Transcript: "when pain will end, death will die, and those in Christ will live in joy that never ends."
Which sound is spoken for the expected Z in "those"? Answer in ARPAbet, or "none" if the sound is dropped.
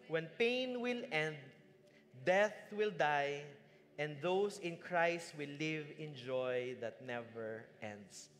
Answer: S